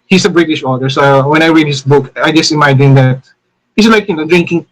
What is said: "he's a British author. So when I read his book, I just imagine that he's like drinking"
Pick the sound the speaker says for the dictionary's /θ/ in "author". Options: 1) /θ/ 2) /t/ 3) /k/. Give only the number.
2